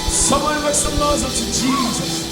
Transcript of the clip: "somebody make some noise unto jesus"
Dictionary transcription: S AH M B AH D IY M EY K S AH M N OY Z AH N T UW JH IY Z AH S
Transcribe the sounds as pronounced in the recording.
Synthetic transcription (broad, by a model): S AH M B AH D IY M EY K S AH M L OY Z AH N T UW JH IY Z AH S